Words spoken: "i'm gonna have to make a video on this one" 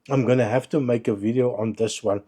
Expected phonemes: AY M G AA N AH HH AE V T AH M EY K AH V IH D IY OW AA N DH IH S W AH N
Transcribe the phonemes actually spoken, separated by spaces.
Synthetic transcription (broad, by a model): AY M G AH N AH HH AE F T AH M EY K AH V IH D IY OW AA N DH IH S W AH N